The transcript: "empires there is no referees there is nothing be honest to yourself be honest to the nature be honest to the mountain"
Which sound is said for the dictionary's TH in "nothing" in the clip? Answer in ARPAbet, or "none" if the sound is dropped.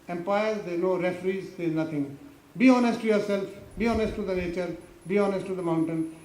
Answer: T